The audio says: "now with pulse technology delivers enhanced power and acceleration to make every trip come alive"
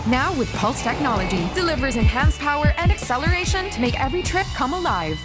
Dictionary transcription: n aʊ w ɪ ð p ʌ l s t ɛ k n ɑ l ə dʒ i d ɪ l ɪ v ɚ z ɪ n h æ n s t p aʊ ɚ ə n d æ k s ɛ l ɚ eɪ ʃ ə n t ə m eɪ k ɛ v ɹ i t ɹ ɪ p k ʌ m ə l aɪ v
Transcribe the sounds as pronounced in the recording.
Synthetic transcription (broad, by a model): n aʊ w ɪ ð p ʌ l s t ɛ k n ɑ l ə dʒ i d ɪ l ɪ v ɚ z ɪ n h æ n s p aʊ ɚ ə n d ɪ k s ɛ l ɚ eɪ ʃ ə n t ə m eɪ k ɛ v ɹ i t ɹ ɪ p k ʌ m ə l aɪ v